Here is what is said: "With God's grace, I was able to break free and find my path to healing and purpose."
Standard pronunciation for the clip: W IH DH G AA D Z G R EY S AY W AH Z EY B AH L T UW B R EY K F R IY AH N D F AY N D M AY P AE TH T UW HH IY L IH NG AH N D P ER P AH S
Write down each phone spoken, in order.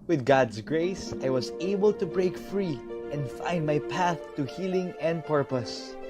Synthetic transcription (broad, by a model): W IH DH G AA D S G R EY S AY W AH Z EY B AH L T UW B R EY K F R IY AH N D F AY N D M AY P AE TH T UW HH IY L IH NG AH N D P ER P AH S